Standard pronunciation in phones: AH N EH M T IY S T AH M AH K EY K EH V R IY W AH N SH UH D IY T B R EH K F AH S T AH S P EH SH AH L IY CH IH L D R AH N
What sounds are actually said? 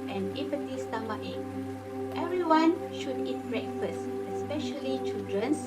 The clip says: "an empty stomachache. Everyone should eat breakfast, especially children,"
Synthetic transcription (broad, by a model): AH N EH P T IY S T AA M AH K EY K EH V R IY W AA N SH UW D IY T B R EH K F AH S AH S P EH SH AH L IY CH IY L D R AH N